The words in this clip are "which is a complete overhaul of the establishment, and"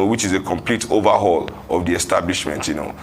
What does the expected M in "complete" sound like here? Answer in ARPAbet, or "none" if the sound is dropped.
M